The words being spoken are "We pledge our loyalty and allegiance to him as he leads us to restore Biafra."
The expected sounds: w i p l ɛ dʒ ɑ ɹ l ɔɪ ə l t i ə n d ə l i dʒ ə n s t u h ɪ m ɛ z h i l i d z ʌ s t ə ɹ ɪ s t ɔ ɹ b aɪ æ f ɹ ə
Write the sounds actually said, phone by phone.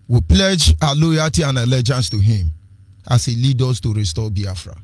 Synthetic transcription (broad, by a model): w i p l ɛ dʒ ɑ l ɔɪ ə t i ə n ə l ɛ dʒ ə n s t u h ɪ m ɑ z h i l i d ɔ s t ə ɹ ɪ s t ɔ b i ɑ f ɹ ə